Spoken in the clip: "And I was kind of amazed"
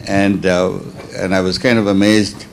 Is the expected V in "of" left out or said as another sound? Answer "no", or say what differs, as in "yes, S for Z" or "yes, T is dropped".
no